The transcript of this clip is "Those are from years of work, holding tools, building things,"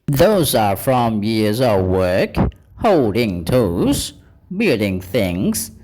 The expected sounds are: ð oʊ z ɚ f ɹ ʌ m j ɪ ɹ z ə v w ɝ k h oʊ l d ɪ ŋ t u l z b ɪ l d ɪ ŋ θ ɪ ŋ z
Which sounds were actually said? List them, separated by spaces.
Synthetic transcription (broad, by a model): ð oʊ z ɚ f ɹ ʌ m j ɪ ɹ z ə v w ɝ k h oʊ l d ɪ ŋ t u z b ɪ l d ɪ ŋ θ ɪ ŋ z